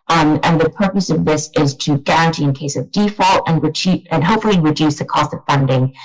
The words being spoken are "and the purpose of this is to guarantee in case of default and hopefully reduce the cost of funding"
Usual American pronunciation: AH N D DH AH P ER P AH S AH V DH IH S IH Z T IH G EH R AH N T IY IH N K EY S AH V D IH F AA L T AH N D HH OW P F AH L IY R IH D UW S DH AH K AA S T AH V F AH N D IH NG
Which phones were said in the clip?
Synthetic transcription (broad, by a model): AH N DH AH P ER P AH S AH V DH IH S IH Z T IH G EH R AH N T IY IH N K EY S AH V D IH F AA L T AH N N HH OW P F L IY R IH D UW S DH AH K AA S T AH V F AH N D IH NG